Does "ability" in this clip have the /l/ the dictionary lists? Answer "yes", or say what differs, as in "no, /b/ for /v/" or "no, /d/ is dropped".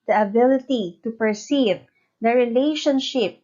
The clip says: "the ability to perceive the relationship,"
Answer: yes